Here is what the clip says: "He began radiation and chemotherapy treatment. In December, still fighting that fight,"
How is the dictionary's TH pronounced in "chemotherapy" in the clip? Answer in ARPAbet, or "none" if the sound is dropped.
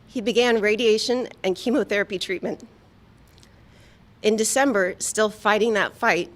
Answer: TH